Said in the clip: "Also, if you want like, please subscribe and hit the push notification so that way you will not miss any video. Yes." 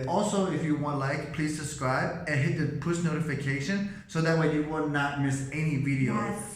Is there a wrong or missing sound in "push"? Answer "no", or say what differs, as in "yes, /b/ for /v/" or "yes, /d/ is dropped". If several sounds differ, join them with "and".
yes, /s/ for /ʃ/